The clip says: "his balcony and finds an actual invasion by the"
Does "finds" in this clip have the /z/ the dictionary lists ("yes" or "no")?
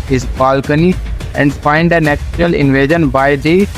no